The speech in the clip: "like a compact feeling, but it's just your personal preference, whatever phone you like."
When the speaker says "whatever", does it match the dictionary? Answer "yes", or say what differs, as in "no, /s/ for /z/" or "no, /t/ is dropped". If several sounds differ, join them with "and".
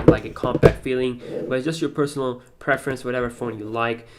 yes